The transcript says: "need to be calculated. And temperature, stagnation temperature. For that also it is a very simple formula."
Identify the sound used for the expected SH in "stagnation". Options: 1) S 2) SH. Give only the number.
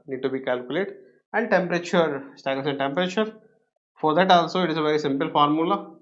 1